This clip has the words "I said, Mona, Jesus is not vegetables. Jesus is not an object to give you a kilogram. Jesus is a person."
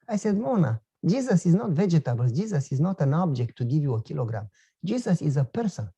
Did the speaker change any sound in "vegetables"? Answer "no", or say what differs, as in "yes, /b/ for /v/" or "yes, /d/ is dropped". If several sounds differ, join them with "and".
yes, /z/ is dropped